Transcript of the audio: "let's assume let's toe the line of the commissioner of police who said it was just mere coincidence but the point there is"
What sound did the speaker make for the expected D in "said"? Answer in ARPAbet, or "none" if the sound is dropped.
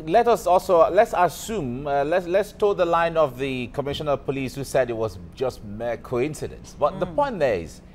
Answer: D